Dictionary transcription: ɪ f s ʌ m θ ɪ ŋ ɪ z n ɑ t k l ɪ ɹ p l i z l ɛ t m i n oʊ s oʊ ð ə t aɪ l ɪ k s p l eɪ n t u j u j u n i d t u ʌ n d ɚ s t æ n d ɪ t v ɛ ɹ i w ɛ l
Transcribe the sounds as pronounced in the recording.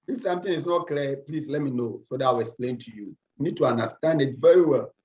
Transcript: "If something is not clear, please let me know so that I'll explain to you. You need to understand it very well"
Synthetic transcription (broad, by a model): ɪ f s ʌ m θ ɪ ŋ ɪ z n ɑ t k l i p l i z l ɛ t m i n oʊ s oʊ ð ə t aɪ w ɪ k s p l eɪ n t u j u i n i d t u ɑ n d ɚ s t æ n d ɪ t v ɛ ɹ i w ɛ l